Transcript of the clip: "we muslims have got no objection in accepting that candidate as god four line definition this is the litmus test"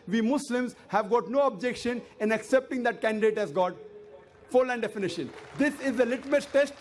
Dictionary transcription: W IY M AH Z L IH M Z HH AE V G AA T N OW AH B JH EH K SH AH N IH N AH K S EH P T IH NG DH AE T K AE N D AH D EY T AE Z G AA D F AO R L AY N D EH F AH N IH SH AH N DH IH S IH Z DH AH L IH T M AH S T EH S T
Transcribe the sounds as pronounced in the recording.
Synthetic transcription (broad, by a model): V IY M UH S L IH M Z HH AE V G AA T N OW AH B JH EH K SH AH N IH N AH K S EH P T IH NG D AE T K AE N D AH D EY T AE Z G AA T F AO R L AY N D EH F AH N IH SH AH N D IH S IH Z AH L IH T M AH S T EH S T